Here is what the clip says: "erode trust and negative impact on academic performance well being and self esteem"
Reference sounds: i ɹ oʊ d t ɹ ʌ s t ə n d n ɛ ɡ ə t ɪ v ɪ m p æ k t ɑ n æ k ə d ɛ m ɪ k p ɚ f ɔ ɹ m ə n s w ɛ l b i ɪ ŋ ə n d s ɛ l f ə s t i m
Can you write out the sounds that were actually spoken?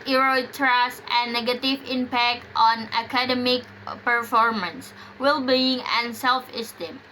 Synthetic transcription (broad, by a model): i ɹ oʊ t ɹ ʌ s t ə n n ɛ ɡ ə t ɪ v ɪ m p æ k t ɑ n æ k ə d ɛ m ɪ k p ɚ f ɔ ɹ m ə n s w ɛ l b i ɪ ŋ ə n s ɛ l f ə s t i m